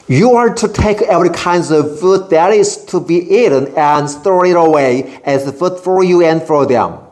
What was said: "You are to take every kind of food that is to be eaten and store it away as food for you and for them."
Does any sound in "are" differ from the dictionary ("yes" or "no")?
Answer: no